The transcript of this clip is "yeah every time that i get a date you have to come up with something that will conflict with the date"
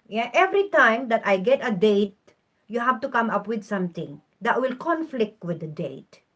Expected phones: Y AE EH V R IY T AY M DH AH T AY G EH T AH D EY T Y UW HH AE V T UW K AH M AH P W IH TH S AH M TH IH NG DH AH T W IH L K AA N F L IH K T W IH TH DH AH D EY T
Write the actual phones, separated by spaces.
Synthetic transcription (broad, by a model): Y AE EH V R IY T AY M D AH T AY G EH T AH D EY T Y UW HH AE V T UW K AH M AH P W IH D S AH M T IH NG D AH T W IH L K AA N F L IH K T W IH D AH D EY T